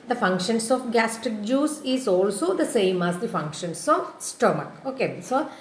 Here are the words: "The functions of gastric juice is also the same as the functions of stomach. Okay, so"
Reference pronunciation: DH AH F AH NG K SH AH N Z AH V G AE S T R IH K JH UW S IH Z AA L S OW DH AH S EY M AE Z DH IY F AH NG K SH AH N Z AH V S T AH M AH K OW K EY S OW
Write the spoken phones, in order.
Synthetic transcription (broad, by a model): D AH F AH NG K SH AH N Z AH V G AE S T IH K JH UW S IH Z AA L S OW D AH S EY M AE Z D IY F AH NG K SH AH N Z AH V S T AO M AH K OW K EY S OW